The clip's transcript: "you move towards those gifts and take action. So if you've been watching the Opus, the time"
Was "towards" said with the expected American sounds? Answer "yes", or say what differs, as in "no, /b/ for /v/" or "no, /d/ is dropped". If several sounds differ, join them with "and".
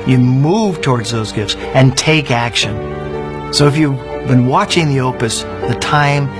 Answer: yes